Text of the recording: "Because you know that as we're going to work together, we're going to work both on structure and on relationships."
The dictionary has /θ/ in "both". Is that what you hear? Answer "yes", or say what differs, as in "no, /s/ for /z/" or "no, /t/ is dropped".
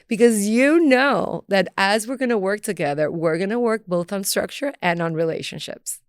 yes